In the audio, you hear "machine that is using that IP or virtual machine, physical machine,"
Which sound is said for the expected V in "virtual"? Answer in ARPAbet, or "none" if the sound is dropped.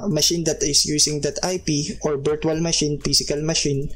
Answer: B